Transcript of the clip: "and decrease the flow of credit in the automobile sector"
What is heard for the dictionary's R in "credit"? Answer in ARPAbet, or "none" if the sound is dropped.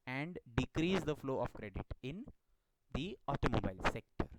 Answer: R